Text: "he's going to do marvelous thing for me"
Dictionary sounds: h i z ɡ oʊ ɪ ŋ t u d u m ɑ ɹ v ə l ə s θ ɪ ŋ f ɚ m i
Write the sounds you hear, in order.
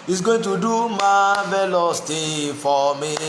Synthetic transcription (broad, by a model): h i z ɡ oʊ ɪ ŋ t u d u m ɑ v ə l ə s t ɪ f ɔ m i